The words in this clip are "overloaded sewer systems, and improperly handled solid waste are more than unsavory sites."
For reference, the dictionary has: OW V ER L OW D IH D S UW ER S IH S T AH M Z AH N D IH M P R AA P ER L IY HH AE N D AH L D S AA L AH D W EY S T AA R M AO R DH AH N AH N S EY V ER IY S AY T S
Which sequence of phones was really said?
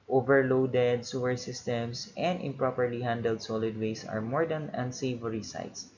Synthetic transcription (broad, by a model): OW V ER L OW D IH D S UW ER S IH S T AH M S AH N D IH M P R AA P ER L IY HH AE N D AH L D S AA L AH D W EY S AA R M AO R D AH N AH N S EY V ER IY S AY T S